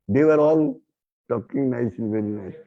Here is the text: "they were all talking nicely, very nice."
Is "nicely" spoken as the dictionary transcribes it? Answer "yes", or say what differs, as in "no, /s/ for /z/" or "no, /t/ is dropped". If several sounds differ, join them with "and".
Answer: no, /l/ is dropped